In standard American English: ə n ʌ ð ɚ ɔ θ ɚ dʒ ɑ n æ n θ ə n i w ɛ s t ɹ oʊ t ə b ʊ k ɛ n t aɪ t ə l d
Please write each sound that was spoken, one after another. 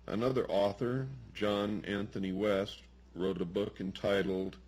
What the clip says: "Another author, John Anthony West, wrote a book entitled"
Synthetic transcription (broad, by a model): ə n ʌ ð ɚ ɔ θ ɚ dʒ ɑ n æ n θ ə n i w ɛ s t ɹ oʊ t ə b ʊ k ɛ n t aɪ t l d